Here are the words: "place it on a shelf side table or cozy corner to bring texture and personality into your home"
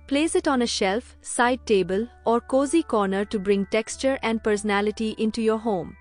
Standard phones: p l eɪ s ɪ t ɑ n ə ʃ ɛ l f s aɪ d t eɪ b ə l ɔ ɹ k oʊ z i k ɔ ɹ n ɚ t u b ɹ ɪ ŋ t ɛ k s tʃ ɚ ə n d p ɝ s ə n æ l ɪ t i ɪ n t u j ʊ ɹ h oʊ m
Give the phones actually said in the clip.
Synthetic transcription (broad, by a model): p l eɪ s ɪ t ɑ n ə ʃ ɛ l f s aɪ d t eɪ b ə l ɔ ɹ k oʊ z i k ɔ ɹ n ɚ t u b ɹ ɪ ŋ t ɛ k s tʃ ɚ ə n d p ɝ s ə n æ l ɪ t i ɪ n t u j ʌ ɹ h oʊ m